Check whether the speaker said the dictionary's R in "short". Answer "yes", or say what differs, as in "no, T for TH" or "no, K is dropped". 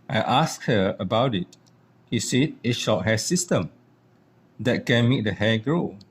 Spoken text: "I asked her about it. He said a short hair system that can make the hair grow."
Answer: no, L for R